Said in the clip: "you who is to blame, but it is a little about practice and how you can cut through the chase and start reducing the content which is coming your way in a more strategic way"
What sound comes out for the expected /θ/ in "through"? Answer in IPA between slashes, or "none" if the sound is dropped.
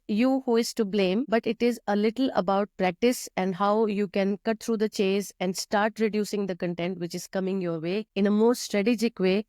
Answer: /t/